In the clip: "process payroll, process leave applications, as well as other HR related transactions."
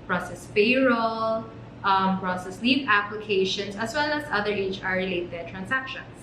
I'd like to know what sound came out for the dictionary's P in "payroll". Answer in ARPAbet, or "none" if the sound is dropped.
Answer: F